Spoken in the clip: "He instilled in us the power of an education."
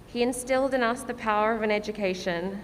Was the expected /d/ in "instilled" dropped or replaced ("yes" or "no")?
no